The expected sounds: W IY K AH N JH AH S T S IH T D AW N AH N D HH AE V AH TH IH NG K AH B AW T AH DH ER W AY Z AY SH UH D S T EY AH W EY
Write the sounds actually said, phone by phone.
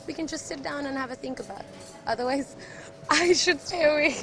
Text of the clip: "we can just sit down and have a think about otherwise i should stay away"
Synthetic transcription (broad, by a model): W IY K AH N JH AH S T S IH T D AW N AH N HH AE V AH TH IH NG K AH B AW T AH DH ER W AY Z AY SH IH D S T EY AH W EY